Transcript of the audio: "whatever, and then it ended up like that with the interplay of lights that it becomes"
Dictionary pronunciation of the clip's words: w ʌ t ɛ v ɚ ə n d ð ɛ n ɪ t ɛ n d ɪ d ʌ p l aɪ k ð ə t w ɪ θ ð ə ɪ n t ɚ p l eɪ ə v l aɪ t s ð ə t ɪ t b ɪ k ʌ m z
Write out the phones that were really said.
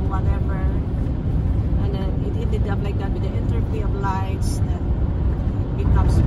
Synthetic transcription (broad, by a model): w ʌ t ɛ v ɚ ə n d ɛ n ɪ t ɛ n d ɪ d ʌ p l aɪ k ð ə t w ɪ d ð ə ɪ n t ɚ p i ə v l aɪ t s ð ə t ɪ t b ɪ k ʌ m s